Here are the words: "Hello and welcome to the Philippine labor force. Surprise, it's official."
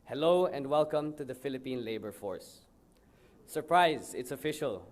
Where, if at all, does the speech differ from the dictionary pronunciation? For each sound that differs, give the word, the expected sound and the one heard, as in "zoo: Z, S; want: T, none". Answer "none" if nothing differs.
none